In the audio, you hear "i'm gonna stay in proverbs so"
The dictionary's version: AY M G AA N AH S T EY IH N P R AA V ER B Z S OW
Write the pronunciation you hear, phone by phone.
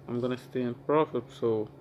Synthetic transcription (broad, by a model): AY M G AA N AH S T EY IH N P R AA F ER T S OW